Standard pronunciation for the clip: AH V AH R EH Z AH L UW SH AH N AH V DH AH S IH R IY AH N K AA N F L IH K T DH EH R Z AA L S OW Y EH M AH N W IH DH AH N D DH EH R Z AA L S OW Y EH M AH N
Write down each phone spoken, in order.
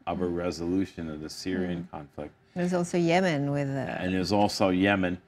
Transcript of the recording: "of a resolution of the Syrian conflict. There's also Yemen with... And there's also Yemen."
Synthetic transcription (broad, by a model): AH V AH R EH Z AH L UW SH AH N AH V DH AH S IH R IY AH N K AA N F L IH K T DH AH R Z AA L S OW Y EH M AH N W IH DH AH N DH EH W Z AA L S OW Y EH M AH N